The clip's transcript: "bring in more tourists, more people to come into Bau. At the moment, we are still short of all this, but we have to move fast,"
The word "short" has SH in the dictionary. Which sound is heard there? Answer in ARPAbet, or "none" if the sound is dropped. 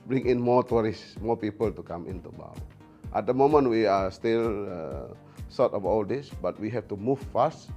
S